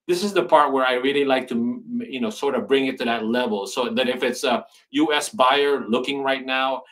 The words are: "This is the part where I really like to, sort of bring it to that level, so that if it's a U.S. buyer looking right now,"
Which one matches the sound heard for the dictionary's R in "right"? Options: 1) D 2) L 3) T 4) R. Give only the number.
4